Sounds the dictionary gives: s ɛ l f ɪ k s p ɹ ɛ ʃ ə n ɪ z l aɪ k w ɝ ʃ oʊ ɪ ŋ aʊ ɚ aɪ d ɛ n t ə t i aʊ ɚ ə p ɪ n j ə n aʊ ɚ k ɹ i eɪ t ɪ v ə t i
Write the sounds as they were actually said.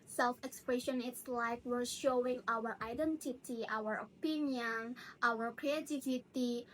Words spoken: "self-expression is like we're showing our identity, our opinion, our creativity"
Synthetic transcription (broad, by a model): s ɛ l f ɪ k s p ɹ ɛ ʃ ə n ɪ s l aɪ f w ɝ ʃ oʊ ɪ ŋ aʊ ɚ aɪ d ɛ n t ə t i aʊ ɚ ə p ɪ n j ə n aʊ ɚ k ɹ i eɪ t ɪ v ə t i